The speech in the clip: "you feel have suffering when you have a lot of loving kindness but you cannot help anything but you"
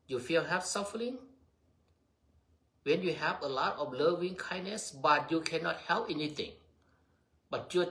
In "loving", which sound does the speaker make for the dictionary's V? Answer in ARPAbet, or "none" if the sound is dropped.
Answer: V